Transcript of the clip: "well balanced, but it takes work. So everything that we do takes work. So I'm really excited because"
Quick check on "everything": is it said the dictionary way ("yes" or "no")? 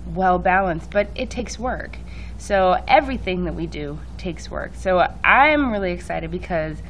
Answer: yes